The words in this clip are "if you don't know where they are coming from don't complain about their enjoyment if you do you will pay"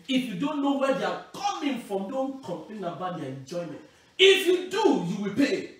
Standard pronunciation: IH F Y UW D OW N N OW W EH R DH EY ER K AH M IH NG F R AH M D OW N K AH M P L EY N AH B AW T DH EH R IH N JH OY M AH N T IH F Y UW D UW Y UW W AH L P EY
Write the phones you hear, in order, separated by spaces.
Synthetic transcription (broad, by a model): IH F Y UW D OW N N OW W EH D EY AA K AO M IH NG F R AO M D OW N K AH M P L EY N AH B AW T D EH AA IH N JH OY M AH N T IH F Y UW D UW Y UW W AH L P EY